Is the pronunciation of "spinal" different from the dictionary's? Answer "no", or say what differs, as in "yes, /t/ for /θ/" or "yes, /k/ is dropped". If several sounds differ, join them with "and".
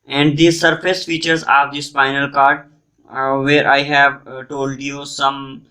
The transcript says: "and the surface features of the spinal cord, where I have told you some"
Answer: yes, /f/ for /p/